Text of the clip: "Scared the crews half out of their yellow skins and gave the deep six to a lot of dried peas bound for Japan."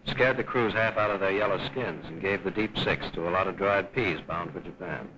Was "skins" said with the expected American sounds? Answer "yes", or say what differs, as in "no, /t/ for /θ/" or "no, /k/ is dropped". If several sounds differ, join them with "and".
yes